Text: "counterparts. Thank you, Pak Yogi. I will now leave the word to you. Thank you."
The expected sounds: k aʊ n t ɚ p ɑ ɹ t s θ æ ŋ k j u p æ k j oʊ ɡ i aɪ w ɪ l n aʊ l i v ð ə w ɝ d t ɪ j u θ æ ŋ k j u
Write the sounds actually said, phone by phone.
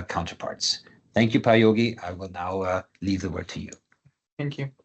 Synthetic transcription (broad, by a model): k aʊ n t ɚ p ɑ ɹ t s θ æ ŋ k j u p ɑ j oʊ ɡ i aɪ w ɪ l n aʊ l i v ð ə w ɝ d t ɪ j u θ æ ŋ k j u